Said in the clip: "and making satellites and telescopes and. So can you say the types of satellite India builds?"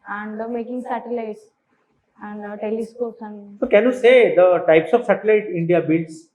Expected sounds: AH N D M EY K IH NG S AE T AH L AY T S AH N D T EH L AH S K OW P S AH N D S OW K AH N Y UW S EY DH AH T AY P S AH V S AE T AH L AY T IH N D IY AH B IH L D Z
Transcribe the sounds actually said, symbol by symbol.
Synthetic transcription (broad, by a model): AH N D M EY K IH NG S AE T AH L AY T S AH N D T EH L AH S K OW S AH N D S OW K AH N Y UW S EY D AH T AY P S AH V S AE T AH L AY T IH N D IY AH B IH L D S